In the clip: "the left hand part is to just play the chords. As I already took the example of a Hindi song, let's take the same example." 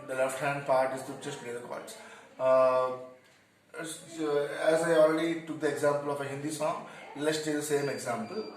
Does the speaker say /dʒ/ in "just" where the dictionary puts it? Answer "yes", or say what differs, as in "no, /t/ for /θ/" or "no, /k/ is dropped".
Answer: no, /tʃ/ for /dʒ/